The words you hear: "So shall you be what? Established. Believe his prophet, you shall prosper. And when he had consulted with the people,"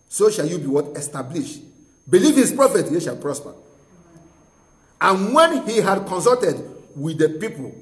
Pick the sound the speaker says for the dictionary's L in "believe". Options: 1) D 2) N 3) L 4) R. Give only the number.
3